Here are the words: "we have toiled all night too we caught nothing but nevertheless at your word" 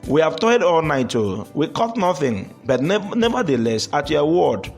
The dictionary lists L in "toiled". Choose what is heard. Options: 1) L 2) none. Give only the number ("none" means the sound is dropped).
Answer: 2